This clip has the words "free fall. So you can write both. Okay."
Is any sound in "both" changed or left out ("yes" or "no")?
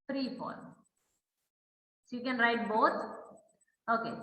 yes